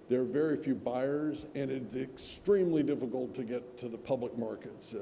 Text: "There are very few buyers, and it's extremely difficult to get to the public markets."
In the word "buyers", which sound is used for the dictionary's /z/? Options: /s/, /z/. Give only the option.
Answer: /z/